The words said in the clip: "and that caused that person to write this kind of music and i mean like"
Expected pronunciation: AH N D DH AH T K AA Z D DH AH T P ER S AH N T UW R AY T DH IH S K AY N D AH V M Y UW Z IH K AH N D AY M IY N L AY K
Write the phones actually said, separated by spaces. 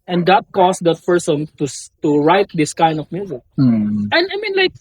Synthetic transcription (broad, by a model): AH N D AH T K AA S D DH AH T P ER S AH N T UW R AY T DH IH S K AY N D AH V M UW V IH AH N AY M IY N L AY K